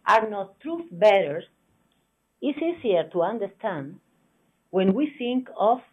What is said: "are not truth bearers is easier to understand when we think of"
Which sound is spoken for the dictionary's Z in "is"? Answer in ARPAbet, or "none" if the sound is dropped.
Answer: S